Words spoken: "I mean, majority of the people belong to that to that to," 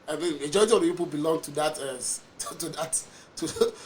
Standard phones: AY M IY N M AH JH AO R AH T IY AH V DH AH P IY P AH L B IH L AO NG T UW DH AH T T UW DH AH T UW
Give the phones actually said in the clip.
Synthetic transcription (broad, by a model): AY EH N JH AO AH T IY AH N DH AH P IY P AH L B IH L AO NG T UW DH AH T T UW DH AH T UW